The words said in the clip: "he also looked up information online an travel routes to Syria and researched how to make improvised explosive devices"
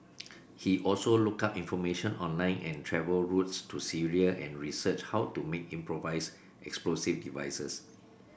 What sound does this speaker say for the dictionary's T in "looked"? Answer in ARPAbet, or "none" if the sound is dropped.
none